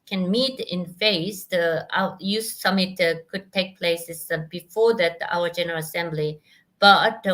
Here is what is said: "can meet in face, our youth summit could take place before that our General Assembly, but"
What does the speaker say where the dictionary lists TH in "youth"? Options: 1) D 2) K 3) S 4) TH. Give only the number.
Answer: 3